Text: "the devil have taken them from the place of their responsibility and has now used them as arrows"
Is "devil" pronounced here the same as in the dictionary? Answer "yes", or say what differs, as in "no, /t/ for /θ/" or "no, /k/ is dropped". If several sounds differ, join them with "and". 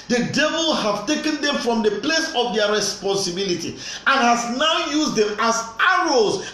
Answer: yes